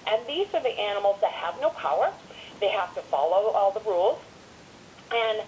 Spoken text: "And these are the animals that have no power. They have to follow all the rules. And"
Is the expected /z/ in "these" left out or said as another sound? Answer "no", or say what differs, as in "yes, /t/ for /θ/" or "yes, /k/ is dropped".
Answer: no